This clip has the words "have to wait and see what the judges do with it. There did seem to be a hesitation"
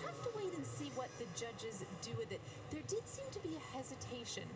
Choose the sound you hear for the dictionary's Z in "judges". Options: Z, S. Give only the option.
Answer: Z